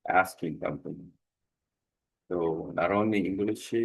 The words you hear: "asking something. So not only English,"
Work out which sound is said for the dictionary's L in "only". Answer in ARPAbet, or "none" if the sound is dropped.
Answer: none